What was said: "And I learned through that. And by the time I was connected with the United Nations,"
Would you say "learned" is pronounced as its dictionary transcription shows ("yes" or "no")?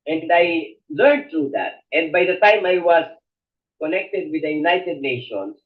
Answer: no